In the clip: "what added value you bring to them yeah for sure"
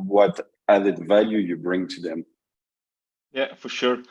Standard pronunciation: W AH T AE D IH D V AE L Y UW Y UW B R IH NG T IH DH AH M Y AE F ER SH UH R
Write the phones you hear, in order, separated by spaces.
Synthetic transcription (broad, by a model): W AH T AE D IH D V AE L Y UW Y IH B R IH NG T IH DH AH M Y AE F ER SH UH R